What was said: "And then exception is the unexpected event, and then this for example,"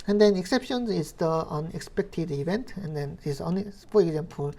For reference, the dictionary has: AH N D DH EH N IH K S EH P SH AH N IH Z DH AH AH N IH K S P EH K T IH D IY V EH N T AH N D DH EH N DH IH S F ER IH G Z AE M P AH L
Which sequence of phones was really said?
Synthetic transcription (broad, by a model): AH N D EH N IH K S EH P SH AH N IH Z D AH AH N IH K S P EH K T IH D IY B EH N T AH N D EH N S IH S P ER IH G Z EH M P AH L